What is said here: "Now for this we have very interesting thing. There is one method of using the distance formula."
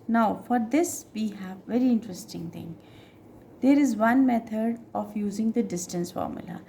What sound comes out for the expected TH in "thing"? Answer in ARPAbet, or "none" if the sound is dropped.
T